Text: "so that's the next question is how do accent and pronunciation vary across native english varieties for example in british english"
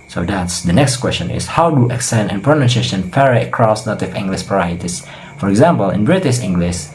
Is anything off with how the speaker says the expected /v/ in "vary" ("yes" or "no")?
yes